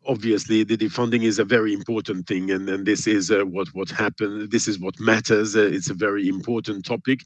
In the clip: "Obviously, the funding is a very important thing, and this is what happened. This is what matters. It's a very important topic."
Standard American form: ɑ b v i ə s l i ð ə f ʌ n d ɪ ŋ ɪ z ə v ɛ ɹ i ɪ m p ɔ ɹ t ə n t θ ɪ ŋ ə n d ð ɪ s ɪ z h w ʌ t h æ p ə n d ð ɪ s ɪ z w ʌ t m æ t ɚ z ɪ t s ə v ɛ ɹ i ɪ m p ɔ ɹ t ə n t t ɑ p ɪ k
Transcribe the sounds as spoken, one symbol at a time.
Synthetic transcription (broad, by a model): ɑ b v i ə s l i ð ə f ʌ n d ɪ ŋ ɪ z ə v ɛ ɹ i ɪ m p ɔ ɹ t n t θ ɪ ŋ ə n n ð ɪ s ɪ z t w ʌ t h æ p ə n ð ɪ s ɪ z w ʌ t m æ t ɚ z ɪ t s ə v ɛ ɹ i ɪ m p ɔ ɹ t n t t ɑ p ɪ k